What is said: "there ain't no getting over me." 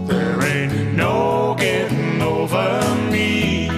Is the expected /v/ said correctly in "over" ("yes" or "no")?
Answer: yes